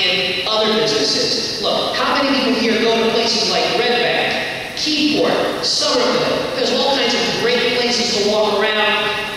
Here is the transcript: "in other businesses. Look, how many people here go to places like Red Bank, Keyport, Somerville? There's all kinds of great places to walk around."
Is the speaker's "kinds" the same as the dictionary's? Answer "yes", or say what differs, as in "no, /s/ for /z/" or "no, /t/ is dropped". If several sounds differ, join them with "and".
yes